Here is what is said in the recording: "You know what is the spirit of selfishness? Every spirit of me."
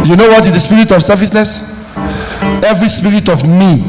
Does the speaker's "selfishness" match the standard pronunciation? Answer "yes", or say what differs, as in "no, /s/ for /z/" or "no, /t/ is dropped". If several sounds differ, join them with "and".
no, /s/ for /ʃ/